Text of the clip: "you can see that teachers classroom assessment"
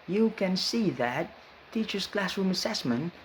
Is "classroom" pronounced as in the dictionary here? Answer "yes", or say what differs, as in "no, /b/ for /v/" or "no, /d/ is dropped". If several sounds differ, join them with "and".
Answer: yes